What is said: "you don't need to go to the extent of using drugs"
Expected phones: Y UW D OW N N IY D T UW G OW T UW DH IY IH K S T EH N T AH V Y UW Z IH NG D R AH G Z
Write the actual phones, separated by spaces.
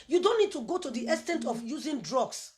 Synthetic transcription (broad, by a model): Y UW D OW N N IY D T UW G OW T UW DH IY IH S T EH N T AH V Y UW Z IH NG D R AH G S